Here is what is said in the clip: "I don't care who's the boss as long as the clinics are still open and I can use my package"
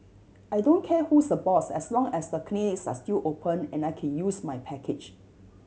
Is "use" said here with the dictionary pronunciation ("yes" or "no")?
yes